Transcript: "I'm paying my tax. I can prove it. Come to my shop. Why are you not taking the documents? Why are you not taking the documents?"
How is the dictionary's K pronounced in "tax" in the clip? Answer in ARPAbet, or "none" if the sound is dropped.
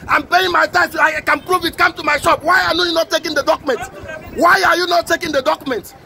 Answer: none